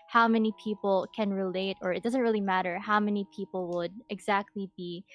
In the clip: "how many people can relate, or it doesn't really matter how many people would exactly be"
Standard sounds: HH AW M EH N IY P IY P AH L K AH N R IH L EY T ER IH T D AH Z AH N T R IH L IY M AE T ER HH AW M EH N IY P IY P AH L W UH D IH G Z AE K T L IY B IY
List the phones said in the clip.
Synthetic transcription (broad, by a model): HH AW M EH N IY P IY P L K AH N R IH L EY T ER IH T D AH Z AH N T R IH L IY M AE T ER HH AW M EH N IY P IY P L W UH D IH G Z AE K T L IY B IY